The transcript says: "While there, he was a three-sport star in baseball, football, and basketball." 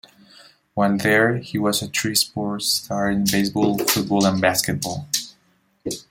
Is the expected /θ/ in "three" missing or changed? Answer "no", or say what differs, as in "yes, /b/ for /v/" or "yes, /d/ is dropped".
yes, /t/ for /θ/